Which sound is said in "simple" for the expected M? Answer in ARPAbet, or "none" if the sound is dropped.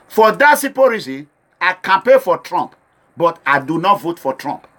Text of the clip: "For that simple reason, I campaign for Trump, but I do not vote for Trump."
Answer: none